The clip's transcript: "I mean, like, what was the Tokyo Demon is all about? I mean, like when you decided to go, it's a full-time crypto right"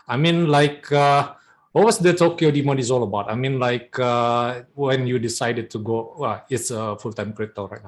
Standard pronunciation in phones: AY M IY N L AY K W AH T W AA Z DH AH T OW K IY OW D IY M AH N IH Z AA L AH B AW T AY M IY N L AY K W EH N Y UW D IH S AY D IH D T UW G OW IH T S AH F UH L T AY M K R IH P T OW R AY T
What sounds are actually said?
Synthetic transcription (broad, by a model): AY M IY N L AY K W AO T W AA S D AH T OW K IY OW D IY M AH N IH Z AA L AH B AW T AY M IY N L AY K W EH N Y UW D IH S AY D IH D T UW G OW IH T S AH F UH L T AY M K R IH T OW R AY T